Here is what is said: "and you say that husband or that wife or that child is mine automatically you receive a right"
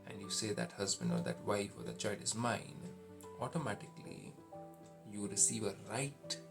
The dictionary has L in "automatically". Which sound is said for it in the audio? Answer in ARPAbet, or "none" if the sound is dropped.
L